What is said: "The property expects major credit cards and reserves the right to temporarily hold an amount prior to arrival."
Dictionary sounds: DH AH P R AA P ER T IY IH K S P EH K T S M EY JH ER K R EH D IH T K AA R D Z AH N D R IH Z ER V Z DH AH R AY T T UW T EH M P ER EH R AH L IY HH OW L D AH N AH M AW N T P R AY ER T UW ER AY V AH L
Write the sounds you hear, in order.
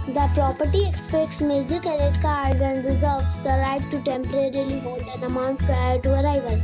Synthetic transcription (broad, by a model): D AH P R AA P ER T IY IH K S P EH K T S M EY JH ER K EH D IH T K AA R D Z AH N D R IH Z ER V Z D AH R AY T T UW T EH M P ER EH R AH L IY HH OW L D AH N AH M AW N T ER T UW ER AY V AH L